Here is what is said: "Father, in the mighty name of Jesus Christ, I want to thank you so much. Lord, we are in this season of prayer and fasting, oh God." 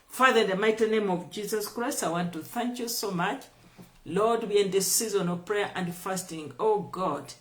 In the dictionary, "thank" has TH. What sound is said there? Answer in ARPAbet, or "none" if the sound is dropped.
TH